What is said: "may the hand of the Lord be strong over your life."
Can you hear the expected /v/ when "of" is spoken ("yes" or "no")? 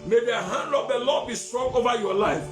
no